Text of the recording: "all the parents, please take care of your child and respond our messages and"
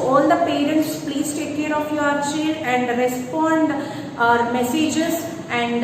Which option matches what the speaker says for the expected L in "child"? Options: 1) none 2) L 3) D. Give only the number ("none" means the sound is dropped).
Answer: 1